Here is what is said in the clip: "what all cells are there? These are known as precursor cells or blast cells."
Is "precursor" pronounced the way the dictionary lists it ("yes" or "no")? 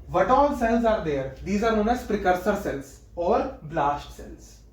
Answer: yes